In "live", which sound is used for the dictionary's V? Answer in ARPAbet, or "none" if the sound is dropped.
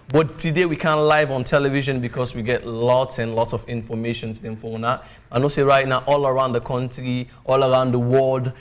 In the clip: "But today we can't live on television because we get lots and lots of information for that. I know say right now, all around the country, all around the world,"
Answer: V